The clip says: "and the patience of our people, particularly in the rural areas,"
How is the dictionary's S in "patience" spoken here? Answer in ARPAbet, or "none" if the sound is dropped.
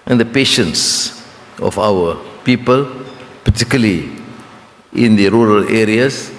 S